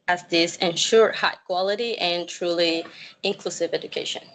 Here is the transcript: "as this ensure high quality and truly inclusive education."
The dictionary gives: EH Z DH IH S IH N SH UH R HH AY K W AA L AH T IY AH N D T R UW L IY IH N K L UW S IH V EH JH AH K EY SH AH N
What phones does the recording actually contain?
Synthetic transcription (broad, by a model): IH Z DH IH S IH N SH UH R HH AY K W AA L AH T IY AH N T R UW L IY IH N K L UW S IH V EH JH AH K EY SH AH N